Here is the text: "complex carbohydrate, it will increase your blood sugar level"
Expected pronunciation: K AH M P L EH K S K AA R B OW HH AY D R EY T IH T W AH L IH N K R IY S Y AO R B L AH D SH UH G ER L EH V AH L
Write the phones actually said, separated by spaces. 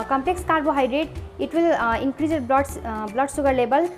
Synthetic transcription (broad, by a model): K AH M P L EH K S K AA R B OW HH AY D R EY T IH T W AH L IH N K R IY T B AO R B L AH D S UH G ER L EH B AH L